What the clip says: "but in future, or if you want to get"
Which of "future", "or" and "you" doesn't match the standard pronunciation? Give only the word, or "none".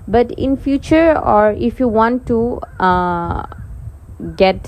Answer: none